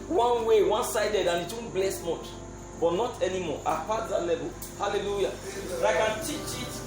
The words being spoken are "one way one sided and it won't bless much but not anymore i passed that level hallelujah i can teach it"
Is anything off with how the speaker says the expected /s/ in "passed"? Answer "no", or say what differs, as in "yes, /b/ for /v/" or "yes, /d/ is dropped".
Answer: yes, /s/ is dropped